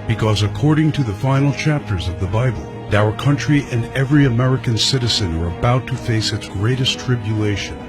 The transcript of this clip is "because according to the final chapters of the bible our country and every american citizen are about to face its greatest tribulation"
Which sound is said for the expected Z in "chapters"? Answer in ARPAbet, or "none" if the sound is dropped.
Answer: Z